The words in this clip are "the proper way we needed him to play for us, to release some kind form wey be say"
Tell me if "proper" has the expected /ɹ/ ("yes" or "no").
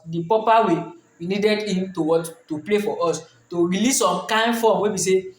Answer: no